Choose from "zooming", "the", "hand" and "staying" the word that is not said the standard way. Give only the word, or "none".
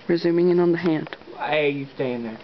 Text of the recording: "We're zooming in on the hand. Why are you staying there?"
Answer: none